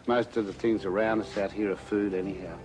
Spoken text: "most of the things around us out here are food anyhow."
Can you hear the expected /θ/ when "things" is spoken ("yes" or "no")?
yes